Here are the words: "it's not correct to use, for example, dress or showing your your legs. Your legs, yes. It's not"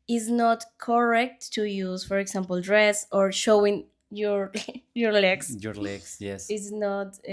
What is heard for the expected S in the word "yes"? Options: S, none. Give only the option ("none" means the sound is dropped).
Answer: S